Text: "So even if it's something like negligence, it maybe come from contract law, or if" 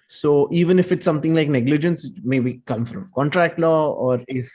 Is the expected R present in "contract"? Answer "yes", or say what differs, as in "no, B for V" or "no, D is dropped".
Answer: yes